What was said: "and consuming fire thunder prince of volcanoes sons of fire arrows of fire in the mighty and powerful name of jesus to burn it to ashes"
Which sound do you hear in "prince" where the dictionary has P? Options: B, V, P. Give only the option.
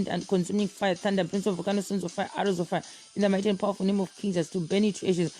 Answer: B